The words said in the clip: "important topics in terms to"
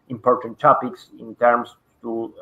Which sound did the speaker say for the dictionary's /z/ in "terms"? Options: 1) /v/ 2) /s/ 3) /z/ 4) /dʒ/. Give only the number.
2